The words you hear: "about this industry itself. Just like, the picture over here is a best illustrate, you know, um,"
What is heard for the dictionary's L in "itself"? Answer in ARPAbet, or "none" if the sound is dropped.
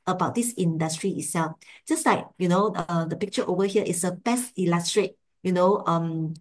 L